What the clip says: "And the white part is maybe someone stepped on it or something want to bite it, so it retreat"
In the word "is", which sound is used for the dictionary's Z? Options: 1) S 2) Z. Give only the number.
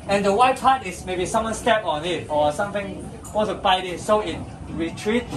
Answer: 1